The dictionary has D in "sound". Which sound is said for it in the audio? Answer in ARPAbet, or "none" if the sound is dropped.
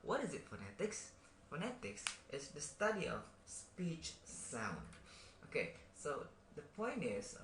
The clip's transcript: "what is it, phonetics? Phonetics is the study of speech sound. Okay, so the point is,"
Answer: D